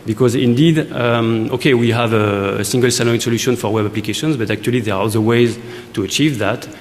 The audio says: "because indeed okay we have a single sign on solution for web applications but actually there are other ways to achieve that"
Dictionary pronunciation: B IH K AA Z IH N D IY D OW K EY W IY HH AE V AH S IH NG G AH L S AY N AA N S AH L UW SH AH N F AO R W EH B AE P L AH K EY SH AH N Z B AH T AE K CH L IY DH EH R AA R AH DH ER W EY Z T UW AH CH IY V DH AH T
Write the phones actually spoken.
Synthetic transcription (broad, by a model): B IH K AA Z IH N D IY D OW K EY W IY HH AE V AH S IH NG G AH L S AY L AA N S AH L UW SH AH N F AO R W EH B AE P L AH K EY SH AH N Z B AH T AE K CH L IY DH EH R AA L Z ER W EY Z T UW AH CH IY V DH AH T